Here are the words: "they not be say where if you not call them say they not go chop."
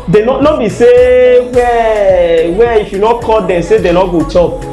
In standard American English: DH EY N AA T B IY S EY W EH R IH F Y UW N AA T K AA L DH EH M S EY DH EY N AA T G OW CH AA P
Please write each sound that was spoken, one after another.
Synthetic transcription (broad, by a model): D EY N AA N B IY S EY W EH W IH F Y UW N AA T K AA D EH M S EY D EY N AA G OW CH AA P